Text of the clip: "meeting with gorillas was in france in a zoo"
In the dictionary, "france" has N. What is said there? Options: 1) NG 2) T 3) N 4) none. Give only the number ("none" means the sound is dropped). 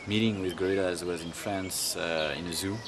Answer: 3